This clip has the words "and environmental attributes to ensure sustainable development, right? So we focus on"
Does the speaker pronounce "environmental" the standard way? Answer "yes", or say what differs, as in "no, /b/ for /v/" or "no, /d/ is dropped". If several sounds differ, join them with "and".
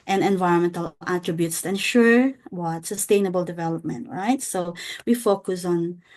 yes